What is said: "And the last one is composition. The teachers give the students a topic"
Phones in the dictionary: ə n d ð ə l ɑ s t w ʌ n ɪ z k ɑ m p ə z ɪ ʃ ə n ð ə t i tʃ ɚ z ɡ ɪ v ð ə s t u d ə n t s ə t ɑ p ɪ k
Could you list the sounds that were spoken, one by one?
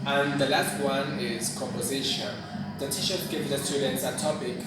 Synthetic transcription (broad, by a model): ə n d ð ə l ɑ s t w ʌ n ɪ z k ɑ m p ə z ɪ ʃ ə n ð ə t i ʃ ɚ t ɡ ɪ v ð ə s t u d ə n t s ə t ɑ p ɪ k